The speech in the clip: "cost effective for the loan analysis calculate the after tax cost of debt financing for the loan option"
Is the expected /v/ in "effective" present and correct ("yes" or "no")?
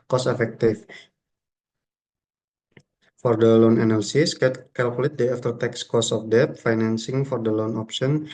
no